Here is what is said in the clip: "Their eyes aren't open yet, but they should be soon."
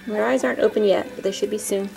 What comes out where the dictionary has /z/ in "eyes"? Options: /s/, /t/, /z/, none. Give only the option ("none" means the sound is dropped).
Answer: /z/